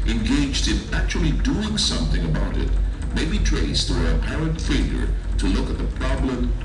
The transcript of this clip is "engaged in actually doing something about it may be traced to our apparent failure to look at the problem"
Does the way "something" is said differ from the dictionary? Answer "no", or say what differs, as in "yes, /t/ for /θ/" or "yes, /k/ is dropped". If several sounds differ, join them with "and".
no